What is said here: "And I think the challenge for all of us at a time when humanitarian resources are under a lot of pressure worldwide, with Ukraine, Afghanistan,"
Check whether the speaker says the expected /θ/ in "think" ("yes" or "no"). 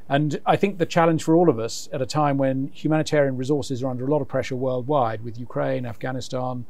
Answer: yes